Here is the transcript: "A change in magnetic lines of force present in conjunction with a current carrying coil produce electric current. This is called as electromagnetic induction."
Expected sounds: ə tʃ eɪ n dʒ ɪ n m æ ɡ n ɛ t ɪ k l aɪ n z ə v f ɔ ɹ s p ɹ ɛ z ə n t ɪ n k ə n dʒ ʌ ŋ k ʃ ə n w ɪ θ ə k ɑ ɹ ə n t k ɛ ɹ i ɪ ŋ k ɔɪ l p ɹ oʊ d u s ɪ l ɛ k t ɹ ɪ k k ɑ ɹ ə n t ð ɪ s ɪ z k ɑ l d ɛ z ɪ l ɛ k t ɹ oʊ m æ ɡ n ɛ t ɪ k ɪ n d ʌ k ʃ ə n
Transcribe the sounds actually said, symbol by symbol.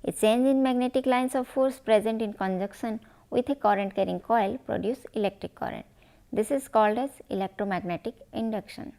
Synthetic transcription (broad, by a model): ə tʃ eɪ n dʒ ɪ n m æ ɡ n ɛ t ɪ k l aɪ n s ə v f ɔ ɹ s p ɹ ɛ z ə n t ɪ n k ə n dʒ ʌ k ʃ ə n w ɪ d ə k ɑ ɹ ə n t k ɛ ɹ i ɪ ŋ k ɔɪ l p ɹ oʊ d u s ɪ l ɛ k t ɹ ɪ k k ɑ ɹ ə n t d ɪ s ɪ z k ɑ l d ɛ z ɪ l ɛ k t ɹ oʊ m æ ɡ n ɛ t ɪ k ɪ n d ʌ k ʃ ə n